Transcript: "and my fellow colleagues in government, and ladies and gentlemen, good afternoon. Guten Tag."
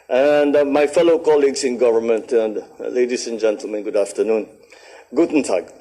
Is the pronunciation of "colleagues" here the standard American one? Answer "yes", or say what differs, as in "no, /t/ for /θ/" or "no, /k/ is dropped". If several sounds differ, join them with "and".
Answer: no, /s/ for /z/